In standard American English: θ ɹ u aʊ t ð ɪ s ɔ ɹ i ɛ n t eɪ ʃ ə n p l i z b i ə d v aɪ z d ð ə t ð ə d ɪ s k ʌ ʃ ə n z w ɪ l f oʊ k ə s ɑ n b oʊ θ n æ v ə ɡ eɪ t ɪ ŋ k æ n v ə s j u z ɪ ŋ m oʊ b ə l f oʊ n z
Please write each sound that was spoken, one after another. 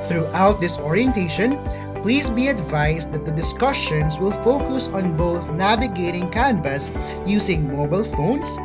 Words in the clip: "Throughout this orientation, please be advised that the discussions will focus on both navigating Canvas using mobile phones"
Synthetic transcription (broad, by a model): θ ɹ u aʊ t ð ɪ s ɔ ɹ i ɛ n t eɪ ʃ ə n p l i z b i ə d v aɪ s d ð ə t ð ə d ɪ s k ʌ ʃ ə n s w ɪ l f oʊ k ə s ɑ n b oʊ θ n æ v ə ɡ eɪ t ɪ ŋ k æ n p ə s j u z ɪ ŋ m oʊ b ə l f oʊ n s